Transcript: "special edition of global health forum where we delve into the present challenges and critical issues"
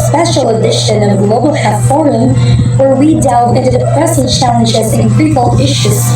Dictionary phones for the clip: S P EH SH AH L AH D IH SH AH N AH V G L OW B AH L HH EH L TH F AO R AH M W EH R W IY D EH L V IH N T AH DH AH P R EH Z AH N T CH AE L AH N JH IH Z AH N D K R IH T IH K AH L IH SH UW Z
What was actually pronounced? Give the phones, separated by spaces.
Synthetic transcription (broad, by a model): S P EH SH L AH D IH SH AH N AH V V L OW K L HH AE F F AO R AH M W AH R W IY D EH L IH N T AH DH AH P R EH S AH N CH AE L AH N JH IH Z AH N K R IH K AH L IH SH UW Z